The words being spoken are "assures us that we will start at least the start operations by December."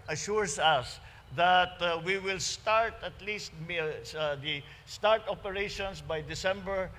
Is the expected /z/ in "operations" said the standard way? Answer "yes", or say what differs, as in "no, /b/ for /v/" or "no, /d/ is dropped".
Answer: no, /s/ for /z/